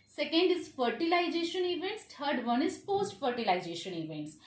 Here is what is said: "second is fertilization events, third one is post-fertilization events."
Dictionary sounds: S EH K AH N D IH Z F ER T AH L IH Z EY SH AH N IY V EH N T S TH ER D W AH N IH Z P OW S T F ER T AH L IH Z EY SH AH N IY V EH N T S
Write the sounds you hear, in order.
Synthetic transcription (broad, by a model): S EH K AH N D IH Z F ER T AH L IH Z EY SH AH N IY V EH N T S T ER D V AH N IH Z F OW S T F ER T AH L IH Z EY SH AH N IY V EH N T S